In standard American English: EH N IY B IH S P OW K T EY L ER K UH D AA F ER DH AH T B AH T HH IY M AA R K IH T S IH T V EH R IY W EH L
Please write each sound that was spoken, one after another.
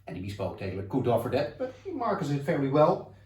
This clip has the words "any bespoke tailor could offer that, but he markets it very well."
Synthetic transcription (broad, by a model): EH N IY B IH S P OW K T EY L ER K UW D AA F ER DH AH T B AH T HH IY M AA R K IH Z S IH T F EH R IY W EH L